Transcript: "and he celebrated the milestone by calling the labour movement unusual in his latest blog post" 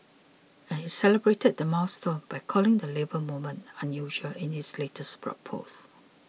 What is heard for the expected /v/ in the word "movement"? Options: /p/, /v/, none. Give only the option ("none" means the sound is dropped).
none